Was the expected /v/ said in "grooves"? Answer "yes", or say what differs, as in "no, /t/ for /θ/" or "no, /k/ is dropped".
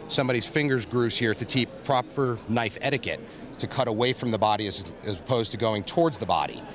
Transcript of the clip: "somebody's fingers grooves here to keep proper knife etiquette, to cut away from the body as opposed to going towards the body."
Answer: no, /v/ is dropped